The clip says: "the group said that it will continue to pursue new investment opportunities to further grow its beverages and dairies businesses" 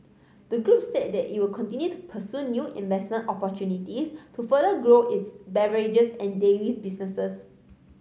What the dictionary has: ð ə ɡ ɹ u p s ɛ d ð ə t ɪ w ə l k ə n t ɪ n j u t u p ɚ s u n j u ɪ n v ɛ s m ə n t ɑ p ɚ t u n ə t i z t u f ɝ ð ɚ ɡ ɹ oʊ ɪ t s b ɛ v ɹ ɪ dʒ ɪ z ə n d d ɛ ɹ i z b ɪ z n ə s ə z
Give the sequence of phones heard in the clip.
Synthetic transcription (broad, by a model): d ə ɡ ɹ u p s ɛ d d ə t ɪ w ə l k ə n t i n j u t u p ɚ s u n j u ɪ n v ɛ s m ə n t ɑ p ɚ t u n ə t i s t u f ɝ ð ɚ ɡ ɹ oʊ ɪ t s b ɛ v ɹ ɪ dʒ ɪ s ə n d d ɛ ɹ i s b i s n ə s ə s